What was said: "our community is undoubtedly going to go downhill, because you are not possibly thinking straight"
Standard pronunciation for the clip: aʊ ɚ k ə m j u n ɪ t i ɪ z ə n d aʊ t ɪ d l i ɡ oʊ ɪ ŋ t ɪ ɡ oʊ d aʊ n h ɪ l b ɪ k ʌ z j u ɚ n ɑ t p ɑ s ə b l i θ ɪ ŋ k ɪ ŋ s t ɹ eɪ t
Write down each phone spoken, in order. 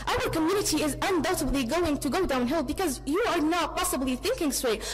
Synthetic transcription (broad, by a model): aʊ ɚ k ə m j u n ɪ t i ɪ z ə n d aʊ t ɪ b l i ɡ oʊ ɪ ŋ t ɪ ɡ oʊ d aʊ n h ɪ l b ɪ k ʌ z j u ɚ n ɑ t p ɑ s ə b l i θ ɪ ŋ k ɪ ŋ s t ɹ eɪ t